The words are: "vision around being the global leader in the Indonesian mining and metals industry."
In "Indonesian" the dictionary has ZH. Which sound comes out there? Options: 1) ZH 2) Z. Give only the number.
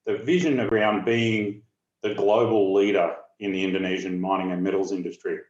1